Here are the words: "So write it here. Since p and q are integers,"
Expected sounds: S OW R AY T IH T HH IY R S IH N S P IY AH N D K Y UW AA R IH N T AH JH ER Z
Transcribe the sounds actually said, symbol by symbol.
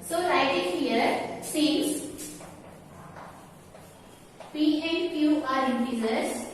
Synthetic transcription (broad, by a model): S OW R AY T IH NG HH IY R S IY S P IY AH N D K Y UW AA R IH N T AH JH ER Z